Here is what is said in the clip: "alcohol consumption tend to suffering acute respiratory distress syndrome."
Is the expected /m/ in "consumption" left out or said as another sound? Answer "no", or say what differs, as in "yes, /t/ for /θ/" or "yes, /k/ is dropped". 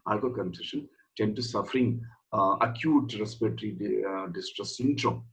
yes, /m/ is dropped